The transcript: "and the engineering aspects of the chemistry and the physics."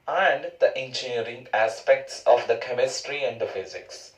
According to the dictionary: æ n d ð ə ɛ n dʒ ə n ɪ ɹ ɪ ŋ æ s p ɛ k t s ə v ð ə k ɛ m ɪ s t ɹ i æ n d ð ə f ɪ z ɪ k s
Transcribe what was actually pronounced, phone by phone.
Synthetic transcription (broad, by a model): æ n d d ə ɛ n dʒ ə n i ɹ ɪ ŋ æ s p ɛ k t s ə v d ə k ɛ m ɪ s t ɹ i æ n d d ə f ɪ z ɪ k s